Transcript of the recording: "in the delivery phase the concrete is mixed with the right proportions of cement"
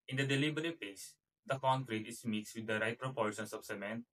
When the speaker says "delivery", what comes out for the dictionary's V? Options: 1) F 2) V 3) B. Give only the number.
3